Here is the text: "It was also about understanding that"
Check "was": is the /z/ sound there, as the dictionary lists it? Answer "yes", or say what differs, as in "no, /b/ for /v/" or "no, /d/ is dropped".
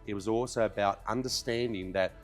yes